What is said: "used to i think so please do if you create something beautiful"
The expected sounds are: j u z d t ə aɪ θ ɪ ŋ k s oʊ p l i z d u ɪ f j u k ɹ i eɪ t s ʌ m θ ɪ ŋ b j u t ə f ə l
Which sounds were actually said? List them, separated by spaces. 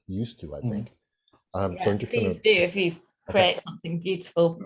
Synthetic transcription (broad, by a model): j u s t ə aɪ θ ɪ ŋ k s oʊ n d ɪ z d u ɪ f j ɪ k ɹ i eɪ t s ʌ m θ ɪ ŋ b j u t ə f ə l